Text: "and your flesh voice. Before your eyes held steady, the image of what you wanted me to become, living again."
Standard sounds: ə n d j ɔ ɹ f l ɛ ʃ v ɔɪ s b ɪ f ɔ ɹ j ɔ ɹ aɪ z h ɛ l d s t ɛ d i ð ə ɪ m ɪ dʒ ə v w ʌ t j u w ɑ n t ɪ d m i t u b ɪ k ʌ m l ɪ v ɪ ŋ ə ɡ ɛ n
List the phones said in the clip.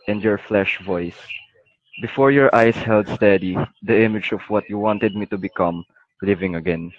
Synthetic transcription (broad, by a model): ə n d j ɔ ɹ f l ɛ ʃ v ɔɪ s b ɪ f ɔ ɹ j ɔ ɹ aɪ s h ɛ l d s t ɛ d i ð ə ɪ m ɪ dʒ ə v w ʌ t j u w ɑ n t ɪ d m i t u b ɪ k ʌ m l ɪ v ɪ ŋ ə ɡ ɛ n